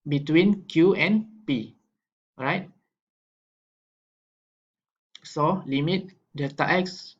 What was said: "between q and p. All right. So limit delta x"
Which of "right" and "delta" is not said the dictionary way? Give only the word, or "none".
delta